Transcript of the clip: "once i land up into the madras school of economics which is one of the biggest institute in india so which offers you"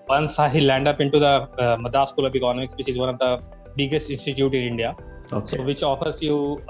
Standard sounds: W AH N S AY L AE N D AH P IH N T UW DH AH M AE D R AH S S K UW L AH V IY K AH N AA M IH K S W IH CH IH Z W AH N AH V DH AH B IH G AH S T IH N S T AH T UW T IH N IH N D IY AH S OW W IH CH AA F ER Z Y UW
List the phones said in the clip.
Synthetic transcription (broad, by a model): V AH N S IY L AE N D AH P IH N T UW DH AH M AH D AH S S K UW L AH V IY K AH N AA M IH K S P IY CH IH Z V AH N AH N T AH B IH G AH S T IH N S T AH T UW T IH N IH N D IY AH S OW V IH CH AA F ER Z Y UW